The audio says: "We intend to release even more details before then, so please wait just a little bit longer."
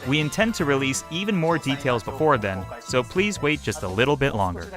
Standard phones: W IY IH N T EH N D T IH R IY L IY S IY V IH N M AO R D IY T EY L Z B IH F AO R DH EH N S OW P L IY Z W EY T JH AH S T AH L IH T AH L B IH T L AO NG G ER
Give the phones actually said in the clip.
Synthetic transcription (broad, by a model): W IY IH N T EH N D T IH R IY L IY S IY V IH N M AO R D IY T EY L Z B IH F AO R DH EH N S OW P L IY Z W EY T JH AH S T AH L IH T L B IH T L AO NG G ER